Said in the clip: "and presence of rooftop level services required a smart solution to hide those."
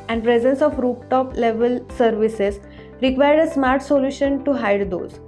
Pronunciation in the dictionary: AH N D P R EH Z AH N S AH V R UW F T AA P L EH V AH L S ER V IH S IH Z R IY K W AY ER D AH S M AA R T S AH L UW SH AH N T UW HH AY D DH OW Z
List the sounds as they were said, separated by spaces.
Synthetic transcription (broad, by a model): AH N D P R EH Z AH N S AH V R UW P T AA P L EH V AH L S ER V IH S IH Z R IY K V AY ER D AH S M AA R T S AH L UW SH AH N T UW HH AY D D OW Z